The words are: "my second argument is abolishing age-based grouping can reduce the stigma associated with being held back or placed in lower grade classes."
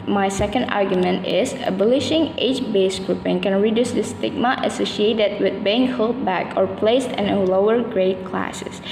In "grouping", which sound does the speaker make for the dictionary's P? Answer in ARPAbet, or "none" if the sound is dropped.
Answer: P